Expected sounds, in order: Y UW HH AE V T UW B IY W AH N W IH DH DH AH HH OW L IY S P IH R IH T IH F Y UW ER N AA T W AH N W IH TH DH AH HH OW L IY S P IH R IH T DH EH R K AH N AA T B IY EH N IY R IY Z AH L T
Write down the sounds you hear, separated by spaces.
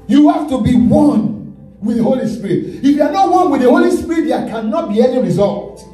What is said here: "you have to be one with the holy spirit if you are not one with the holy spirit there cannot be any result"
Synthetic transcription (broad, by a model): Y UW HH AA F T UW B IY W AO N W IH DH DH AH HH OW L IY S P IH R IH T IH F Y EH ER N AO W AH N W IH DH AH HH OW L IY S P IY R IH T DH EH K AH N AA T B IY EH N IY R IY Z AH L T